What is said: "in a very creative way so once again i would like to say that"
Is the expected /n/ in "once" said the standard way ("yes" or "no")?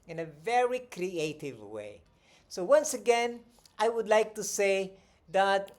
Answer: yes